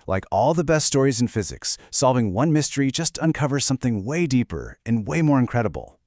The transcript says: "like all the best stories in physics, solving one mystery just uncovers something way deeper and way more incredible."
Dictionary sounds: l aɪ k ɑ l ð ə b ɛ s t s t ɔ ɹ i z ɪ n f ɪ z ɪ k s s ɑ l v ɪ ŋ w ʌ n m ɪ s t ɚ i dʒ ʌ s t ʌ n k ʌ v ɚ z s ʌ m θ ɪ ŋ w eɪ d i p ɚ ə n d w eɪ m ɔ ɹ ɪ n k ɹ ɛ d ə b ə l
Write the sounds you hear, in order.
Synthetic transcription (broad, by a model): l aɪ k ɑ l ð ə b ɛ s t s t ɔ ɹ i z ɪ n f ɪ z ɪ k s s ɑ l v ɪ ŋ w ʌ n m ɪ s t ɚ i dʒ ʌ s t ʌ n k ʌ v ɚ s ʌ m θ ɪ ŋ w eɪ d i p ɚ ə n w eɪ m ɔ ɹ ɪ n k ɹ ɛ d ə b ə l